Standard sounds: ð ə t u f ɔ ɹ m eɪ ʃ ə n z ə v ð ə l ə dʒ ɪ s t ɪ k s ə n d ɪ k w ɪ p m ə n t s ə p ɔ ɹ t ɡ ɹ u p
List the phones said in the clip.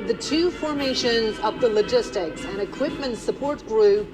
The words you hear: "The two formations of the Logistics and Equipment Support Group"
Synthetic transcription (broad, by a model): ð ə t u f ɔ ɹ m eɪ ʃ ə n z ə v ð ə l ə dʒ ɪ s t ɪ k s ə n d ɪ k w ɪ p m ə n t s ə p ɔ ɹ t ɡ ɹ u p